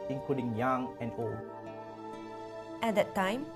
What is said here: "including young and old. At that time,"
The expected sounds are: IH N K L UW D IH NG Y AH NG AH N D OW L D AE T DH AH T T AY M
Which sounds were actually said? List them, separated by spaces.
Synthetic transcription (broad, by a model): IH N K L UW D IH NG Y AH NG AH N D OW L AE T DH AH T T AY M